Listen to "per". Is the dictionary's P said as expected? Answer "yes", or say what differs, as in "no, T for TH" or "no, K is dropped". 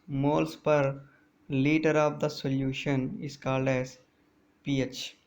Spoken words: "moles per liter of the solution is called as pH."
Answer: yes